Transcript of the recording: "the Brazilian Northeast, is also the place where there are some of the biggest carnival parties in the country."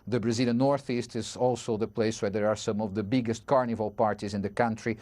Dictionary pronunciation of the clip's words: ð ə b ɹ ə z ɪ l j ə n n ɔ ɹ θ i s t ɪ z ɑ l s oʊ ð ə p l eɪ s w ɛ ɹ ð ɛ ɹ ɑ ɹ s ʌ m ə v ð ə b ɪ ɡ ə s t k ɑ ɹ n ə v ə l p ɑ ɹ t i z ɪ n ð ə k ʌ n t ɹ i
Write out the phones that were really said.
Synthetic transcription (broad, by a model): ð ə b ɹ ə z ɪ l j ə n n ɔ ɹ θ i s t ɪ z ɑ l s oʊ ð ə p l eɪ s w ɛ ɹ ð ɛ ɹ ɑ ɹ s ʌ m ə v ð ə b ɪ ɡ ə s t k ɑ ɹ n ə v ə l p ɑ ɹ t i z ɪ n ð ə k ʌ n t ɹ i